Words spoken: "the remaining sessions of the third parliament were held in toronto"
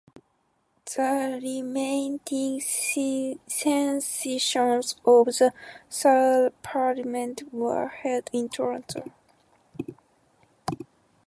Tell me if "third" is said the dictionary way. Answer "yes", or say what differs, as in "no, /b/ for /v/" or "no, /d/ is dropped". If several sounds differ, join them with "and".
no, /s/ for /θ/